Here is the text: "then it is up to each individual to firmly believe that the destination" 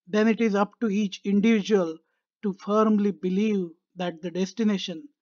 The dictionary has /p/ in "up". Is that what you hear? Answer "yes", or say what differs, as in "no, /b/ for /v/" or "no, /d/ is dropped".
yes